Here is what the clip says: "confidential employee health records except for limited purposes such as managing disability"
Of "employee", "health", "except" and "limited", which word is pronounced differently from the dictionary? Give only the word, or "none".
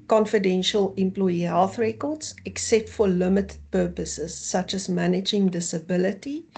none